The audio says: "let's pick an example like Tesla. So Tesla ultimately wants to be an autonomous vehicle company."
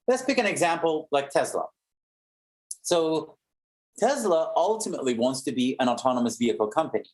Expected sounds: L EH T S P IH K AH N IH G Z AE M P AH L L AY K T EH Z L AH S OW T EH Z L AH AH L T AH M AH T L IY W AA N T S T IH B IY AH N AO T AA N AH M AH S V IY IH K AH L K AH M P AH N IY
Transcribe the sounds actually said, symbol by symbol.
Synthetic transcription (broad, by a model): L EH T S B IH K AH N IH G Z AE M P L L AY K T EH Z L AH S OW T EH Z L AH AH L T AH M AH T L IY W AA N T S T IH B IY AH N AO T AA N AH M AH S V IY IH K L K AH M P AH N IY